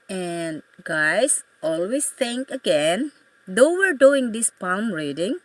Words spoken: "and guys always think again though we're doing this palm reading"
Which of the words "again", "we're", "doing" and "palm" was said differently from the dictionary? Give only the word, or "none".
none